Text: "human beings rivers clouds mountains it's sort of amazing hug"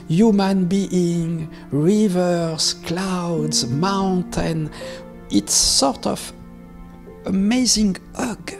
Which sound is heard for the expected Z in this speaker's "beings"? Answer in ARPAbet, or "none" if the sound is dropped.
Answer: none